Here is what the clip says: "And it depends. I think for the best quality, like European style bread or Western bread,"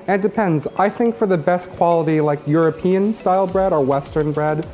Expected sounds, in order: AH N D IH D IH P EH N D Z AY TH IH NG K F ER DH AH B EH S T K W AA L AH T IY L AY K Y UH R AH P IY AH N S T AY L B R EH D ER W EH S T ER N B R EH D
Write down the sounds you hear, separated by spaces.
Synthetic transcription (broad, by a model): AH N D D IH P EH N D Z AY TH IH NG K F ER DH AH B EH S T K W AA L AH T IY L AY K Y UH R AH P IY AH N S T AY L B R EH D ER W EH S T ER N B R EH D